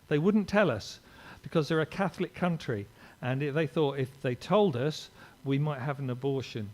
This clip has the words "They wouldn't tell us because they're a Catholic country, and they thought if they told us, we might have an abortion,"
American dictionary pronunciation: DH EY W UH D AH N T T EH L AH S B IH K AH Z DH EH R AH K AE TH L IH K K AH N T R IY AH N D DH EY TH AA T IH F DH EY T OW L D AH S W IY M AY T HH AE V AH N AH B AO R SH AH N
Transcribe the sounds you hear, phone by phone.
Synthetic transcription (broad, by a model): DH EY W UH D N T T EH L AH S B IH K AH Z DH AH R AH K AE TH L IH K K AH N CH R IY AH N DH EY TH AA T IH F DH EY T OW L D AH S W IY M AY T HH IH V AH N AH B AO R SH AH N